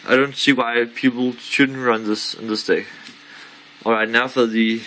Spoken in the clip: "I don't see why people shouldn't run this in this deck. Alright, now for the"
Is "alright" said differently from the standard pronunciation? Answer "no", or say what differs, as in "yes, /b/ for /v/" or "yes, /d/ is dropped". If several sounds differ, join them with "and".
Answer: no